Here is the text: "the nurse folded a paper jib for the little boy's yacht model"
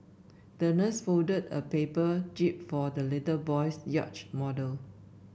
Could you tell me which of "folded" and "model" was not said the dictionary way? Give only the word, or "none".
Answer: folded